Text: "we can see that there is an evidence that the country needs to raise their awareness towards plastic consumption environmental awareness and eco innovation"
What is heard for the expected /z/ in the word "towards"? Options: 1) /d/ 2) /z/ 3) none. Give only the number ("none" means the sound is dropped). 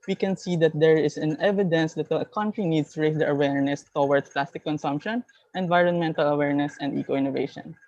3